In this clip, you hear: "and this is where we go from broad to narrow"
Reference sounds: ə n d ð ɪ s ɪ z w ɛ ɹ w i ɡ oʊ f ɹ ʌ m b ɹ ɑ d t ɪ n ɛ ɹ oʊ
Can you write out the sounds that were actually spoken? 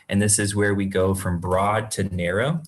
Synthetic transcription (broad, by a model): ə n ð ɪ s ɪ z w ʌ ɹ w i ɡ oʊ f ɹ ʌ m b ɹ ɑ d t ɪ n ɛ ɹ oʊ